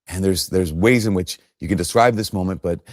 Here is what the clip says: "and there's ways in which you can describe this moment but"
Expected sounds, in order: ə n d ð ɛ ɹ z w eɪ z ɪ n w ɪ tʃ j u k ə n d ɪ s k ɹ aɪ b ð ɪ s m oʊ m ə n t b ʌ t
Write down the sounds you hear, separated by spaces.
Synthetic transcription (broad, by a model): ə n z ð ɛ ɹ z w eɪ z ɪ n w ɪ tʃ j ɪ k ə n d ɪ s k ɹ aɪ b ð ɪ s m oʊ m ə n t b ʌ t